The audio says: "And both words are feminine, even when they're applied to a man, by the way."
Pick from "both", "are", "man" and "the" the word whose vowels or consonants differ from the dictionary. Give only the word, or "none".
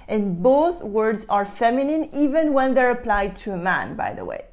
none